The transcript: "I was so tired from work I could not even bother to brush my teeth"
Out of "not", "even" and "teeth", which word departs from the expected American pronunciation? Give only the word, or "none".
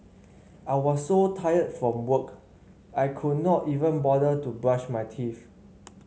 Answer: teeth